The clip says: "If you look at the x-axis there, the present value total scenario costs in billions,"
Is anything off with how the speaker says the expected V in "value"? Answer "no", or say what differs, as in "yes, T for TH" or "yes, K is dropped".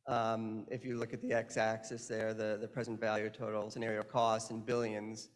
no